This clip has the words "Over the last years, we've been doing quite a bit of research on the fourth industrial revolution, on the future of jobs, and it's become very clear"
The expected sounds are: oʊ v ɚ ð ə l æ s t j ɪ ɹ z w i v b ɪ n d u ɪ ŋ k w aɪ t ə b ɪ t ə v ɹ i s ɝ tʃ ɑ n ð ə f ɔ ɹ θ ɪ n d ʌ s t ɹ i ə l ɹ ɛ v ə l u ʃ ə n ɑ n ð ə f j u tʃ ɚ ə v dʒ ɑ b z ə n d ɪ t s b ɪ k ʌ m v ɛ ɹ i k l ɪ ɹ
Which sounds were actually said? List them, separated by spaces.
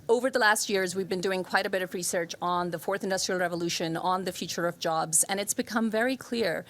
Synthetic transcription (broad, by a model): oʊ v ɚ ð ə l æ s t j ɪ ɹ z w i v b ɪ n d u ɪ ŋ k w aɪ t ə b ɪ t ə v ɹ i s ɝ tʃ n ð ə f ɔ ɹ θ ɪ n d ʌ s t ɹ i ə l ɹ ɛ v ə l u ʃ ə n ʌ n ð ə f j u tʃ ɚ ə v dʒ ɑ b z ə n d ɪ t s b ɪ k ʌ m v ɛ ɹ i k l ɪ ɹ